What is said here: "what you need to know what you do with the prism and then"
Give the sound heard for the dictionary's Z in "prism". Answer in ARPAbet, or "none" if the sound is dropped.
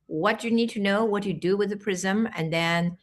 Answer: Z